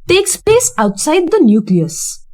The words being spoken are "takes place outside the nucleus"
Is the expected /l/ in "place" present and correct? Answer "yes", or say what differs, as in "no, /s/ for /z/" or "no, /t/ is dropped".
no, /l/ is dropped